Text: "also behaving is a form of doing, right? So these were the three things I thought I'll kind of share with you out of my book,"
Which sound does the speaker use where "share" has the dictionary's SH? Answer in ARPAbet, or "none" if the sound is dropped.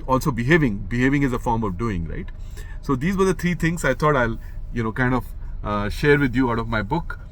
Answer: SH